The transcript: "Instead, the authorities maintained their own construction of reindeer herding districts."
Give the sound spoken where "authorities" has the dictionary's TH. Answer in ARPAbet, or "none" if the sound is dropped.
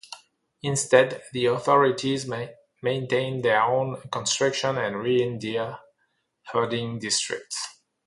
TH